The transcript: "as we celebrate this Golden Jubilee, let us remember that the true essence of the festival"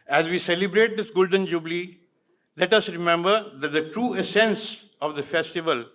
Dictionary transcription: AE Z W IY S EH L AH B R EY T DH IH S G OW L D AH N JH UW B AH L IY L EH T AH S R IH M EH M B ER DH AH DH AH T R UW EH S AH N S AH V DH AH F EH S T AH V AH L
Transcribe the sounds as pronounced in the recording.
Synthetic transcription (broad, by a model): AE Z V IY S EH L AH B R EY T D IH S G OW L D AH N JH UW B L IY L EH T AH S R IH M EH M B ER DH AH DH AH T R UW EH S AH N S AH V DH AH F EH S T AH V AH L